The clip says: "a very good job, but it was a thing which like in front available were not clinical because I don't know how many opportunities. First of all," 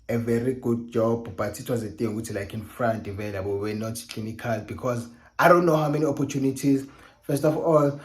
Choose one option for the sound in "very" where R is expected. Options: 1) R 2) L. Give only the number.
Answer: 1